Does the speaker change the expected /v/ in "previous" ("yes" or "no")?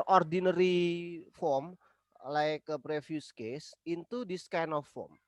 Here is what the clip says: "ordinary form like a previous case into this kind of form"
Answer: yes